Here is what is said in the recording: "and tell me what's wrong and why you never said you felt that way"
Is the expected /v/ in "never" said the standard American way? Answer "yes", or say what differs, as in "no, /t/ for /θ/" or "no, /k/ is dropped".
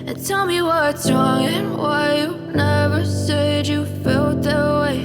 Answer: yes